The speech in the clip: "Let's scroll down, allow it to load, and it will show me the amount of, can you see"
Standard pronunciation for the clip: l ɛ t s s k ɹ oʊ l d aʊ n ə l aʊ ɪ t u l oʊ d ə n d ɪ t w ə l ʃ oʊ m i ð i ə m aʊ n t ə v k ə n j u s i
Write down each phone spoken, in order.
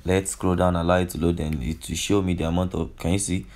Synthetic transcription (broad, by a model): l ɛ t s s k ɹ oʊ d aʊ n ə l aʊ ɪ t u l oʊ d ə n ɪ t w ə ʃ oʊ m i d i ə m aʊ n t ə f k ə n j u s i